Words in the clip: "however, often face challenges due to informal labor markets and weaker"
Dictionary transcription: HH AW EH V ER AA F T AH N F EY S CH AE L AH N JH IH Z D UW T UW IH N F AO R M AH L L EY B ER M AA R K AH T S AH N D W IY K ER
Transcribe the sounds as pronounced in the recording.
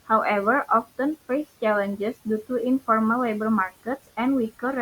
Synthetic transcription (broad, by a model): HH AW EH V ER AA F T AH N F EY S CH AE L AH N JH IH S D UW T UW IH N F AO R M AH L L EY B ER M AA R K AH T S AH N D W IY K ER